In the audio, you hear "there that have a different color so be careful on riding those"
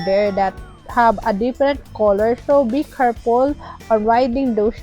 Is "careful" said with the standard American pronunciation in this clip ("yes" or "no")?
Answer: no